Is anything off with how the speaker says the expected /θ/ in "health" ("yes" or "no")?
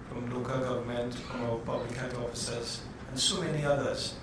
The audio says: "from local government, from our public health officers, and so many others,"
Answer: yes